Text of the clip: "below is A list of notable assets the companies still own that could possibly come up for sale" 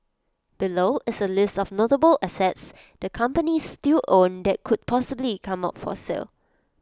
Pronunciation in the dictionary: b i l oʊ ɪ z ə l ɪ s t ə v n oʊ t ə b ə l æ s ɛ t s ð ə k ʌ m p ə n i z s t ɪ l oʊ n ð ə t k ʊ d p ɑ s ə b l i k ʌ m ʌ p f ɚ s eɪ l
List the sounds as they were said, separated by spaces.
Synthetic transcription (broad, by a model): b i l oʊ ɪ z ə l ɪ s t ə f n oʊ t ə b ə l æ s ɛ t s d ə k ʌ m p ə n i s t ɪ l oʊ n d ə t k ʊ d p ɑ s ə b l i k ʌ m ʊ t f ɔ s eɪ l